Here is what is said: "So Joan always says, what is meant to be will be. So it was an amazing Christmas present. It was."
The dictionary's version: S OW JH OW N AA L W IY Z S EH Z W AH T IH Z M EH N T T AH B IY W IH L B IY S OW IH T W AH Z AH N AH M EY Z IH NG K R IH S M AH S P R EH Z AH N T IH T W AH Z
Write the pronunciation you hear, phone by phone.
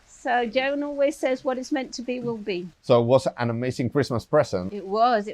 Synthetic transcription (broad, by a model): S OW JH OW N AA L W IY Z S EH Z W AH T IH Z M EH N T T AH B IY W IH L B IY S OW IH T W AH Z AH N AH M EY Z IH NG K R IH S M AH S P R EH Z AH N IH T W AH Z